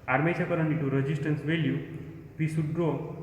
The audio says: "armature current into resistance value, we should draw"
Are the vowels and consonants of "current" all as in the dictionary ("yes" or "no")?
no